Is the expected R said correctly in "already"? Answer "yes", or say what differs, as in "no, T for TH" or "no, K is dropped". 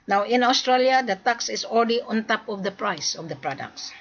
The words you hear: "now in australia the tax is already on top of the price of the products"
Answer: no, L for R